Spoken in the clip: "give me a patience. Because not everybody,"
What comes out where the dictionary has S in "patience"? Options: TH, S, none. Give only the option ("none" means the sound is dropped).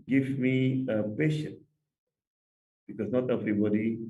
none